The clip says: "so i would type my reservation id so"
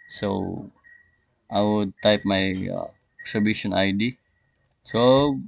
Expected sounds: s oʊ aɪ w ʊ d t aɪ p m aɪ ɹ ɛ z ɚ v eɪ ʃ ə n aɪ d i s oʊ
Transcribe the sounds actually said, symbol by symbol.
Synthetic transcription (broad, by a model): s oʊ aɪ w ʊ d t aɪ p m aɪ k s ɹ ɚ b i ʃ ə n aɪ d i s oʊ